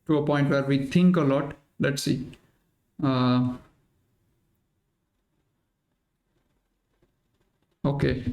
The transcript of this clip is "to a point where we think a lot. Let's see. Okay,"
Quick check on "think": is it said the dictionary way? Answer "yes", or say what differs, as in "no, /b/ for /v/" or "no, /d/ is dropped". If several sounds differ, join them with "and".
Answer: no, /t/ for /θ/